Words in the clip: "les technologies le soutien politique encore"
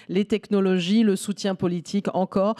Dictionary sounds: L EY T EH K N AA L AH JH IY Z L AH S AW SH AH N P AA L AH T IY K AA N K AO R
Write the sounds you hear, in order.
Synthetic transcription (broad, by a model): L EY T EH K N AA L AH ZH IY L AH S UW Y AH P AA L AH T IY K AA K AO R